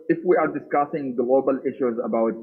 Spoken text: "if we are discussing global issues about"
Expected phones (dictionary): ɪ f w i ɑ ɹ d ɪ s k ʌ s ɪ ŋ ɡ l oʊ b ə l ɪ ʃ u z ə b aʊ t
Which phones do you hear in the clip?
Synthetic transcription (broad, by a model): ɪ f w i ɑ ɹ d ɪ s k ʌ s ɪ ŋ ɡ l oʊ b ə l ɪ ʃ u z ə b aʊ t